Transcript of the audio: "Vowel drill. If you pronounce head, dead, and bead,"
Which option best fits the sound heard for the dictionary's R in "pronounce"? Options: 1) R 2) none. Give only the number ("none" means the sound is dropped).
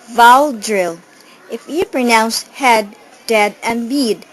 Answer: 1